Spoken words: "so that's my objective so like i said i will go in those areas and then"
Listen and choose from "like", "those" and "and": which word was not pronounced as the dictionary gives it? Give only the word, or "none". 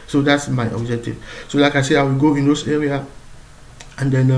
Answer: those